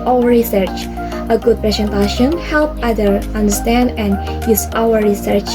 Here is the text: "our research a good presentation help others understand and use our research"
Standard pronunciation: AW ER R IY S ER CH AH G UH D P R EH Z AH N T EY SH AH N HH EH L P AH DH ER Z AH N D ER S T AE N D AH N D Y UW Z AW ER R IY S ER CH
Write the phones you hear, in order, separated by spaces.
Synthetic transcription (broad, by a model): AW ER R IY S ER CH AH G UH D P R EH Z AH N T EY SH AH N HH EH L P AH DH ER AH N D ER S T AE N D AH N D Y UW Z AW ER R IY S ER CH